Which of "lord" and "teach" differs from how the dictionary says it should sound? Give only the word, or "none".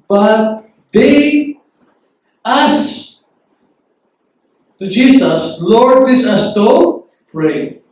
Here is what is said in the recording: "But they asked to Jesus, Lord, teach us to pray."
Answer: teach